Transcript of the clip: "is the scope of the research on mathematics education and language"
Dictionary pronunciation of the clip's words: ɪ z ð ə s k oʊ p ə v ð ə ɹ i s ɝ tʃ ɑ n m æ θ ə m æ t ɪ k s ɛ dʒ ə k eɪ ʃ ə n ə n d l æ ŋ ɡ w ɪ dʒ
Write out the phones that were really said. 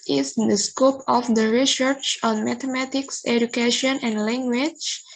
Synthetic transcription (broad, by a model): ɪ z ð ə s k oʊ p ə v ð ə ɹ i s ɝ tʃ ɑ n m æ t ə m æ t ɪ k s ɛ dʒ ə k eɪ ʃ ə n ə n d l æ ŋ ɡ w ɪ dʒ